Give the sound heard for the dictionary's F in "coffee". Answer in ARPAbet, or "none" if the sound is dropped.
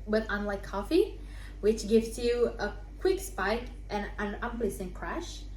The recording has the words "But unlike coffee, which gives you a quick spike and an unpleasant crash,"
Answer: F